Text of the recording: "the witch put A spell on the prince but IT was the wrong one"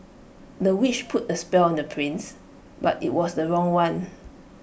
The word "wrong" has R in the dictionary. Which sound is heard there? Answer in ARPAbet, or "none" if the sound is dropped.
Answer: R